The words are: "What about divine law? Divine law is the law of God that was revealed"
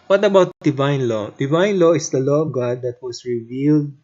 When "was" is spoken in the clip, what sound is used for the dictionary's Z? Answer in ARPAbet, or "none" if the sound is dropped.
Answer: S